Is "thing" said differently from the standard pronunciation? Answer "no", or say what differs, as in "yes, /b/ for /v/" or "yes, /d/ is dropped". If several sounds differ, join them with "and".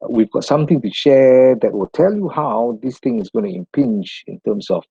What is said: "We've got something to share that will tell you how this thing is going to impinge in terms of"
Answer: yes, /t/ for /θ/